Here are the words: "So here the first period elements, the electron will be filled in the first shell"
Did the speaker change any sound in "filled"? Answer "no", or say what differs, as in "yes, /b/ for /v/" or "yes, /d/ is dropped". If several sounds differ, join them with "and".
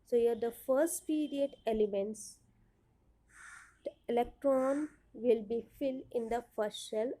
no